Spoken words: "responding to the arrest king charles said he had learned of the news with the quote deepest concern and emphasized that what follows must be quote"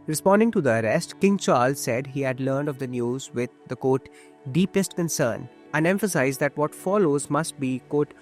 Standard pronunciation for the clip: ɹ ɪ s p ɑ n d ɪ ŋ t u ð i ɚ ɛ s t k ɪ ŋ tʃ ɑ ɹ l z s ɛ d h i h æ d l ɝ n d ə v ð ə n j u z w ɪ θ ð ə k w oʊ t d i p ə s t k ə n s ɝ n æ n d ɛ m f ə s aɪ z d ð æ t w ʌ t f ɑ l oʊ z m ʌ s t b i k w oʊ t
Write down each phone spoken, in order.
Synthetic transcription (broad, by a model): ɹ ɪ s p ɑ n d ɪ ŋ t u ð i ɚ ɛ s t k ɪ ŋ tʃ ɑ ɹ l z s ɛ d h i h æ d l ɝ n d ə v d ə n j u z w ɪ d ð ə k oʊ t d i p ə s t k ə n s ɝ n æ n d ɛ m f ə s aɪ z d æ t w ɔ t f ɑ l oʊ z m ʌ s t b i k oʊ t